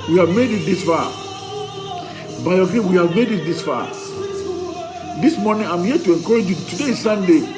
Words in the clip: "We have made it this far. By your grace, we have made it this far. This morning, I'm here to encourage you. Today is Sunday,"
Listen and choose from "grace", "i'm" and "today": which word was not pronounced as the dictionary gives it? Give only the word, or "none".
grace